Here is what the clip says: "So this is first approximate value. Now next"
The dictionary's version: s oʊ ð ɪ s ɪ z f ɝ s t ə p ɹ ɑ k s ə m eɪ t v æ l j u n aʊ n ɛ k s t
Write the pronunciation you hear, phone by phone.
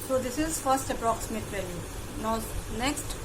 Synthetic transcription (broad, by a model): s oʊ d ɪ s ɪ z f ɝ s t ə p ɹ ɑ k s ə m eɪ t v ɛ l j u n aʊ n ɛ k s t